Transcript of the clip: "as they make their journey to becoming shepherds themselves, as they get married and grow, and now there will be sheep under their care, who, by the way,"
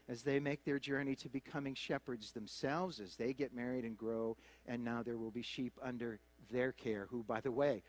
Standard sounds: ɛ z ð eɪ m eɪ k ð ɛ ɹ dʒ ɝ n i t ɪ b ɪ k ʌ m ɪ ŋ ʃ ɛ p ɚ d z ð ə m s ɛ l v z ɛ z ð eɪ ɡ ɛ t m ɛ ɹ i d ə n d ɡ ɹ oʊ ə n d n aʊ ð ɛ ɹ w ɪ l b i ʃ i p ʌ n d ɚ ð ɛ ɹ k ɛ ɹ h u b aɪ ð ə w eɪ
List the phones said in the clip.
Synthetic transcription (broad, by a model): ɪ z ð eɪ m eɪ k ð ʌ ɹ dʒ ɝ n i t ɪ b ɪ k ʌ m ɪ ŋ ʃ ɛ p ɚ d z ð ə m s ɛ l v z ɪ z ð eɪ ɡ ɛ t m ɛ ɹ i d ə n ɡ ɹ oʊ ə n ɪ n aʊ ð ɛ ɹ w ɪ l b i ʃ i p ʌ n d ɚ ð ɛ ɹ k ɛ ɹ h u b aɪ ð ə w eɪ